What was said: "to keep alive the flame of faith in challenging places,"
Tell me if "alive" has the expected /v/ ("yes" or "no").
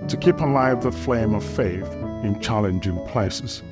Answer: yes